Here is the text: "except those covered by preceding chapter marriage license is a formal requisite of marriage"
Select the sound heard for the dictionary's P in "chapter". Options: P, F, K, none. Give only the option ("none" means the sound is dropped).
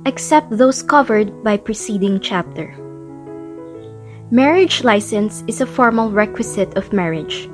P